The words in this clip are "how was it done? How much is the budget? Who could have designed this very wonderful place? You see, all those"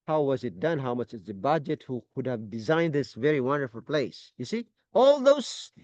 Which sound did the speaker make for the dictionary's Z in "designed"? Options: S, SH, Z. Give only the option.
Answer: Z